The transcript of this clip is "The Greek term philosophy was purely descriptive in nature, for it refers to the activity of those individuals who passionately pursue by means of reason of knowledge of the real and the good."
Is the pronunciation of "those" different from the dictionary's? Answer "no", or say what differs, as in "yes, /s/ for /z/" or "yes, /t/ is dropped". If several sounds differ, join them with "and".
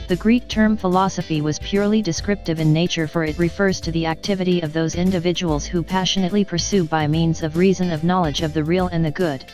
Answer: no